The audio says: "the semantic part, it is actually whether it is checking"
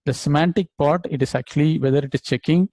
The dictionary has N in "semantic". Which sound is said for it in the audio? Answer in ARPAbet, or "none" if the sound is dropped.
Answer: N